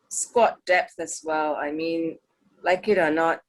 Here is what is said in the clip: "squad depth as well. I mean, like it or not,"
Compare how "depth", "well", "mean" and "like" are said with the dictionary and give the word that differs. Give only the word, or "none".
none